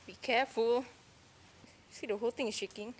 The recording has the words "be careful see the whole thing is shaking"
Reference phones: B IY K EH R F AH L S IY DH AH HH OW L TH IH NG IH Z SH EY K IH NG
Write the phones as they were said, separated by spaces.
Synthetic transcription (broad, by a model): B IY K EH F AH L S IY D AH HH OW L T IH NG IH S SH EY K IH NG